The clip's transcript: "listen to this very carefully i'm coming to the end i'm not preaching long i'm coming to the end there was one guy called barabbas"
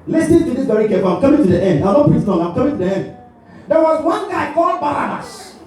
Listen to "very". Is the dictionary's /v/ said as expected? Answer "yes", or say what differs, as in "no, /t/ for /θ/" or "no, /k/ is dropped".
no, /b/ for /v/